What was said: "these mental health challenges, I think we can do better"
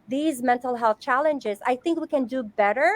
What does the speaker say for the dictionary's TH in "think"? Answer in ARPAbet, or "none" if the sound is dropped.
TH